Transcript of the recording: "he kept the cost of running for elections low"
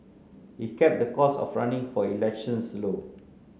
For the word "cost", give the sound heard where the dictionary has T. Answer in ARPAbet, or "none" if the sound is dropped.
none